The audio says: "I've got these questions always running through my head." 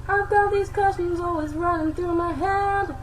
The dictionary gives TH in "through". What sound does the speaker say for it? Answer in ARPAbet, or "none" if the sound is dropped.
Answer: TH